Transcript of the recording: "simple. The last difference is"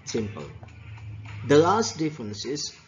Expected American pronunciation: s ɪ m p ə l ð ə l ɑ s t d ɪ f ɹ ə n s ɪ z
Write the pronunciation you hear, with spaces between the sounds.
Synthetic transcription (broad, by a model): s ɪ m p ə l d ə l ɑ s t d ɪ f ɹ ə n s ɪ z